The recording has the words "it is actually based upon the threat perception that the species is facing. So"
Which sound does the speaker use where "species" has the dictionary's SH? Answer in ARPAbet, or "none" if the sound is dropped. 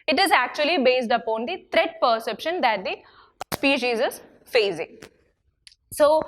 SH